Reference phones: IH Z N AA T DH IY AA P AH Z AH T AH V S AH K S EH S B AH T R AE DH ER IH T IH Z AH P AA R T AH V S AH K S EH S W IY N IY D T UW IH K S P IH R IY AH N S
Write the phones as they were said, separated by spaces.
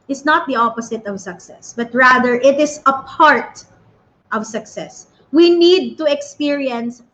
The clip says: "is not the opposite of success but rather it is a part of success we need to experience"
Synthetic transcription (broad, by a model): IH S N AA T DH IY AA P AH S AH T AH V S AH K S EH S B AH T R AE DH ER IH T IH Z AH P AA R T AH V S AH K S EH S W IY N IY D T UW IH K S P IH R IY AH N S